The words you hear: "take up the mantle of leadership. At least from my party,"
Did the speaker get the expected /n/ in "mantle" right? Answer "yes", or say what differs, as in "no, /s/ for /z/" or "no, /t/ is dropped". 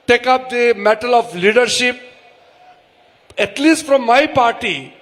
no, /n/ is dropped